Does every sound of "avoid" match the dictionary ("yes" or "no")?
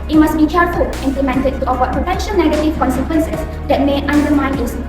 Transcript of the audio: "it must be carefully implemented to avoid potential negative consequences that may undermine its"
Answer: no